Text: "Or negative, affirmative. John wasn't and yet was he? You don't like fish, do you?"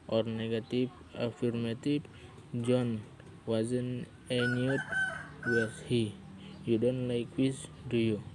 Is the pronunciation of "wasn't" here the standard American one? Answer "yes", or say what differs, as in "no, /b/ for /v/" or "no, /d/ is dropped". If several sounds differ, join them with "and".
no, /t/ is dropped